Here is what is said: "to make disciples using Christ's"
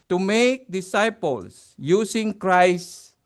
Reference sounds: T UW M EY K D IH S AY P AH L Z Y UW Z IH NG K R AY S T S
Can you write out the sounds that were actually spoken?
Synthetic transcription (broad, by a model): T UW M EY K D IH S AY P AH L S Y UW S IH NG K R AY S S